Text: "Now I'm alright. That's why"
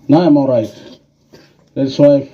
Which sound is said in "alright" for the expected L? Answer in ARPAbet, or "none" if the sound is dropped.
none